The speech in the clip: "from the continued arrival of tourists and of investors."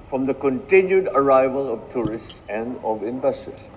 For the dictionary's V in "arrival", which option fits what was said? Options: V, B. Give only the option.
V